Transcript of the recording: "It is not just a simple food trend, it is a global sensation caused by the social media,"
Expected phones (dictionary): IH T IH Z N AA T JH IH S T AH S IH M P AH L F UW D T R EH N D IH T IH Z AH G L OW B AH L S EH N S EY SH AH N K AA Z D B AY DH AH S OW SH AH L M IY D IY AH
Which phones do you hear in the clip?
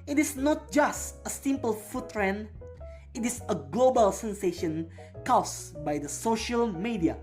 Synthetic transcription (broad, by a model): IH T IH S N AA T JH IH S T AH S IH M P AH L F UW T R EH N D IH T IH S AH G L OW B AH L S EH N S EY SH AH N K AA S B AY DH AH S OW SH AH L M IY D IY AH